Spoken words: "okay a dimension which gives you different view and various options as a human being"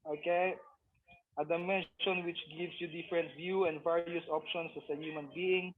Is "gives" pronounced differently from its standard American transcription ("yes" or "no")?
yes